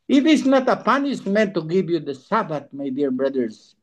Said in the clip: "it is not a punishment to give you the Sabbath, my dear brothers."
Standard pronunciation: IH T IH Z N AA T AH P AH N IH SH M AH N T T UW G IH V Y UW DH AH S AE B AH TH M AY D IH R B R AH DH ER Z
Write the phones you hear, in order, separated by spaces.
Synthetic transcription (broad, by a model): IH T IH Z N AA T AH P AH N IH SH M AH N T T UW G IH V Y UW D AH S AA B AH T M AY D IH R B R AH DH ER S